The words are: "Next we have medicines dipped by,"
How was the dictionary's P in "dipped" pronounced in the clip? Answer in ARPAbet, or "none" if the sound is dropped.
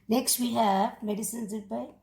none